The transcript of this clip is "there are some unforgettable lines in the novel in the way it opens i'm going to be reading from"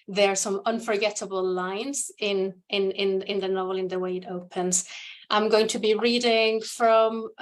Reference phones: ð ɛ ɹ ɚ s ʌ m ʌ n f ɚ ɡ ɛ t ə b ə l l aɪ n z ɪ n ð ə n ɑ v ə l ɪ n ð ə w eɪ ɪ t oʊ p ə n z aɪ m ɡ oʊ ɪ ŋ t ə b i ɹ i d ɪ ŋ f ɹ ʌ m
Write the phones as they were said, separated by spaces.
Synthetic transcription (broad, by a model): ð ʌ ɹ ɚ s ʌ m ʌ n f ɚ ɡ ɛ t ə b ə l l aɪ n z ɪ n ð ə n ɑ v ə l ɪ n ð ə w eɪ ɪ t oʊ p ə n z aɪ m ɡ oʊ ɪ ŋ t ə b i ɹ i d ɪ ŋ f ɹ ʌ m